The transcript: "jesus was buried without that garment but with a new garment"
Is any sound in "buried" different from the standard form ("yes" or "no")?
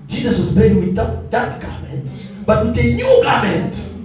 yes